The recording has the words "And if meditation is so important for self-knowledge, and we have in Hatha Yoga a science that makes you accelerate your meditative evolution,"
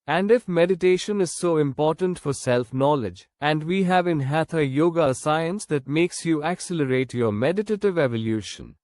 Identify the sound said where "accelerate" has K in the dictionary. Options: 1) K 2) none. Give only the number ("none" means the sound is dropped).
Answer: 1